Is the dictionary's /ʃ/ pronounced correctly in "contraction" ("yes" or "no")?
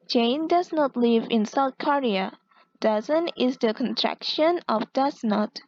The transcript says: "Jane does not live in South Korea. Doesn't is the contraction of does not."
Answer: yes